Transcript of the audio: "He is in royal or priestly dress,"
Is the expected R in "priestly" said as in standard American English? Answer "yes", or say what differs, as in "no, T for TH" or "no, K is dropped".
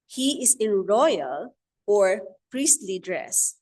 yes